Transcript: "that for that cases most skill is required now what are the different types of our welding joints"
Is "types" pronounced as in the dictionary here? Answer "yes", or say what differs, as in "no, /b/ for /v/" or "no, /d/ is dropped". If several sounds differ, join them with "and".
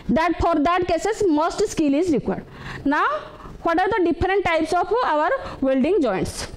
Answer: yes